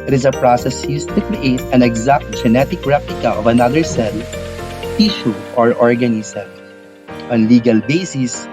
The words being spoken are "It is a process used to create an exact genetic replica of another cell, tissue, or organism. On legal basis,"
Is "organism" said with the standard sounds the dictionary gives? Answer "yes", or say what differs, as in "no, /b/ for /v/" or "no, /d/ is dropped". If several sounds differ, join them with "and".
no, /s/ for /z/